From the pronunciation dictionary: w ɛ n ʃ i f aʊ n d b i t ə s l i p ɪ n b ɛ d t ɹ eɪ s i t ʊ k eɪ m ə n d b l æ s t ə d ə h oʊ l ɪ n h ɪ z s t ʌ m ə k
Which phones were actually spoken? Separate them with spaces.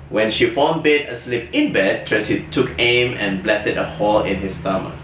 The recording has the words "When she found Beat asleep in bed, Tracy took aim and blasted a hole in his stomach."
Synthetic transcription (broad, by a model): w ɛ n ʃ i f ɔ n b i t ə s l i p ɪ n b ɛ d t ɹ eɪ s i t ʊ k eɪ m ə n b l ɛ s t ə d ə h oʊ l ɪ n h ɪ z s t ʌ m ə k